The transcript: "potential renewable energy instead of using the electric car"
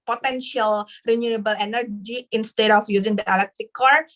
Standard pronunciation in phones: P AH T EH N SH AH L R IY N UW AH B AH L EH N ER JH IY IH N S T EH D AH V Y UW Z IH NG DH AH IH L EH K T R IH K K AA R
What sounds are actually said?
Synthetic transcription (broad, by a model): P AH T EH N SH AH L R IY N UW AH B AH L EH N ER JH IY IH N S T EH D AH F Y UW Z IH NG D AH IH L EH K T R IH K K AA R